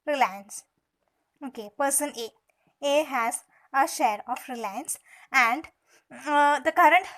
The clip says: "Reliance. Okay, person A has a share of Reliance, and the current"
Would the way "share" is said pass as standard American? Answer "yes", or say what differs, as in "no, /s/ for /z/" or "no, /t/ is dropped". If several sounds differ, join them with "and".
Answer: yes